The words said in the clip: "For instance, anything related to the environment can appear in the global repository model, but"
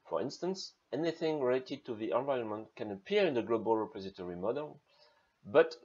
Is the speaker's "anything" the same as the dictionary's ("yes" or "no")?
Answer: yes